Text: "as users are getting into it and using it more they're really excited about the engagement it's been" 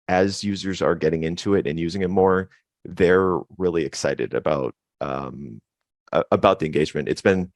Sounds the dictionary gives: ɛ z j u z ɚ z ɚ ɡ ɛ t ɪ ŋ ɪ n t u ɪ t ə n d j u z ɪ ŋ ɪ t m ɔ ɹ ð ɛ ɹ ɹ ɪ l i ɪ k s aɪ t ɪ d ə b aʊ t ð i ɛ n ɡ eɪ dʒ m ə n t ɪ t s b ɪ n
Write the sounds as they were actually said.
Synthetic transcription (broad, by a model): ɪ z j u z ɚ z ɚ ɡ ɛ t ɪ ŋ ɪ n t u ɪ t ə n j u z ɪ ŋ ɪ t m ɔ ɹ ð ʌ ɹ ɹ ɪ l i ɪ k s aɪ t ɪ d ə b aʊ t ð i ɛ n ɡ eɪ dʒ m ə n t ɪ t s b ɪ n